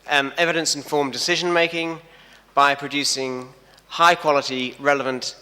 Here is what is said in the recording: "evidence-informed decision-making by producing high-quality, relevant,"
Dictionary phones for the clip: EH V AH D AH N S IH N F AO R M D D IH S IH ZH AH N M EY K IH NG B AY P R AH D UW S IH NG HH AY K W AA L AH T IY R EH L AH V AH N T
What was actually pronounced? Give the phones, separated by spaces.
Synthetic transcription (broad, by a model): EH V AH D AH N S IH N F AO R M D D IH S IH ZH AH N M EY K IH NG B AY P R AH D UW S IH NG HH AY K W AA L AH T IY R EH L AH V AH N T